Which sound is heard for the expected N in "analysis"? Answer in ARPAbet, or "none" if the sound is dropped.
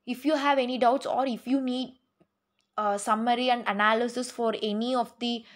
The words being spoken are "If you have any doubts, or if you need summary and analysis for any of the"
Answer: N